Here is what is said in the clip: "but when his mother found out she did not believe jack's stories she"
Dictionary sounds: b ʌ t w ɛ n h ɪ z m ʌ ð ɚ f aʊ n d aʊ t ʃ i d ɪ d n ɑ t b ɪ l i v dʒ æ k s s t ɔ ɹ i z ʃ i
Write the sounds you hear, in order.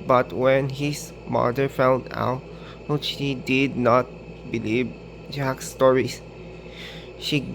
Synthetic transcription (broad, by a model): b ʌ t w ɛ n h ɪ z m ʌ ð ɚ f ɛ l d aʊ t ʃ i d ɪ d n ɑ t b ɪ l i v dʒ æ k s s t ɔ ɹ i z ʃ i